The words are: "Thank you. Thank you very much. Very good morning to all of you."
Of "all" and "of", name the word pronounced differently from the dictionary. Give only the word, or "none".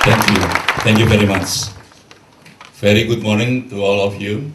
of